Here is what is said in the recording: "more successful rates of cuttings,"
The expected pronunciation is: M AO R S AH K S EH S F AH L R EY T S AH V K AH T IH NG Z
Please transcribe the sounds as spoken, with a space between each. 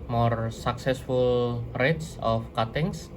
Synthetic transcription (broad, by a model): M AO R S AH K S EH S F AH L R EY T S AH F K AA T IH NG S